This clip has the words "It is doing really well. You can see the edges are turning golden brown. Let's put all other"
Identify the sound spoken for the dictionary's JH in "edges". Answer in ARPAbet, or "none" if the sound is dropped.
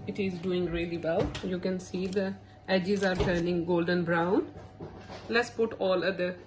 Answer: JH